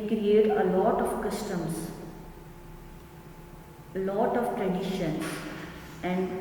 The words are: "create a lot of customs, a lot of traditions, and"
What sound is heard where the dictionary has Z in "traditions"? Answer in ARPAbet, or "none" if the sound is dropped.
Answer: none